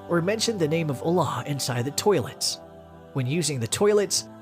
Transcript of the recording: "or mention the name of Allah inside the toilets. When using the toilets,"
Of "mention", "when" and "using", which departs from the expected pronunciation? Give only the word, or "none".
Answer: none